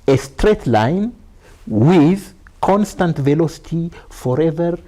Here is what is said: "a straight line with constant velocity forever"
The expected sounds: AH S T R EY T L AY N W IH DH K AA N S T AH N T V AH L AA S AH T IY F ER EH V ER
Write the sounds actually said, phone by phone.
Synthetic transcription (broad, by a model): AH S T R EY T L AY N W IH DH K AA N S T AH N T V AH L AA S AH T IY F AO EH V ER